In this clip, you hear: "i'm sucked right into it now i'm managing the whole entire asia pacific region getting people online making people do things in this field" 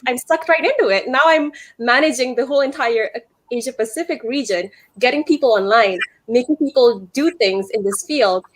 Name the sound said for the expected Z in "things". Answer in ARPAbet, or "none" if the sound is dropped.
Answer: Z